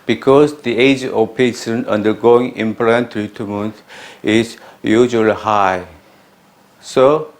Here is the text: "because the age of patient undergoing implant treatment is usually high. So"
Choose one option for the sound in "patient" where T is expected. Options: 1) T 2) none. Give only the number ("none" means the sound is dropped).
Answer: 2